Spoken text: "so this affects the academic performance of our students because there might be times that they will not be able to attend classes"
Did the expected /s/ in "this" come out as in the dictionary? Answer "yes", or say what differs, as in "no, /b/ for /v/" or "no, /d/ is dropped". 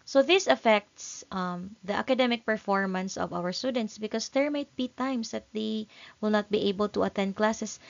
yes